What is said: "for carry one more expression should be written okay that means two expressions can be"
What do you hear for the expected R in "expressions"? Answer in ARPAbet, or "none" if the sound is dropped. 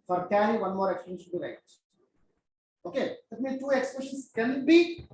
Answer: none